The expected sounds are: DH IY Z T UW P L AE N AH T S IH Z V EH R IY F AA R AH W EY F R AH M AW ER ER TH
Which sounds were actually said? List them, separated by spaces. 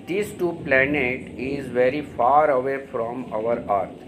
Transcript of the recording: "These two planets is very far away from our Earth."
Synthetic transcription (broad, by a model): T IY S T UW P L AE N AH T IH Z V EH R IY F AA R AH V EY F R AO M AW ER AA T